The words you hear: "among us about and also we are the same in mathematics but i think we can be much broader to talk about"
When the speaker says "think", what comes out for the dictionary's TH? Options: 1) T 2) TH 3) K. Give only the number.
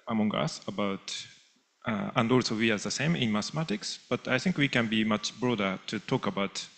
2